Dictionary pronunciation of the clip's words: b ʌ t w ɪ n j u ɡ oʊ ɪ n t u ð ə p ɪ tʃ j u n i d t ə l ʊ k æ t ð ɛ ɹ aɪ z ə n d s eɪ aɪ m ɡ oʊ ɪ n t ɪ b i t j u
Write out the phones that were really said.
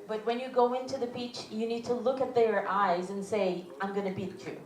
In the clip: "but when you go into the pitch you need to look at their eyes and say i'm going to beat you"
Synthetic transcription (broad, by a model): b ʌ t w ɪ n j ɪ ɡ oʊ ɪ n t u ð ə b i tʃ j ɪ n i d t ə l ʊ k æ t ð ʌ ɹ aɪ z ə n s eɪ aɪ m ɡ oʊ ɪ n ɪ b i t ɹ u